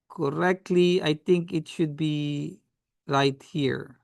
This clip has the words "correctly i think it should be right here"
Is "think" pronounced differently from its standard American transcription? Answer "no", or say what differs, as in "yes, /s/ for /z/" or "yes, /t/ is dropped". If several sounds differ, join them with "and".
yes, /t/ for /θ/